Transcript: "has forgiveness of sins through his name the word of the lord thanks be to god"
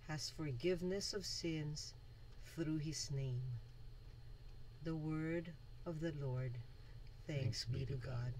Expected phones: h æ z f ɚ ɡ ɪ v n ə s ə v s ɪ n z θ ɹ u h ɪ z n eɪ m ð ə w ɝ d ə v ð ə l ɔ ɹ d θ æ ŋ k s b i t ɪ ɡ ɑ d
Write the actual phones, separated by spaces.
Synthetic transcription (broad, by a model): h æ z f ɚ ɡ ɪ v n ə s ə v s ɪ n z θ ɹ u ɪ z n eɪ m ð ə w ɝ d ə v ð ə l ɔ ɹ d θ æ ŋ k s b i t ɪ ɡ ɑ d